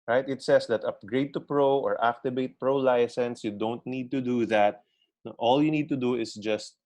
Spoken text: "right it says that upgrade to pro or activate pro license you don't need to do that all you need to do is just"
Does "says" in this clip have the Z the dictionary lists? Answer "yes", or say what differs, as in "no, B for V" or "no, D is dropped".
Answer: no, S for Z